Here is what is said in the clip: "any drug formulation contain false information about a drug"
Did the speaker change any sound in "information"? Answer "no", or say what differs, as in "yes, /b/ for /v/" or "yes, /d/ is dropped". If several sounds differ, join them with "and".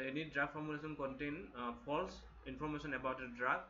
yes, /s/ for /ʃ/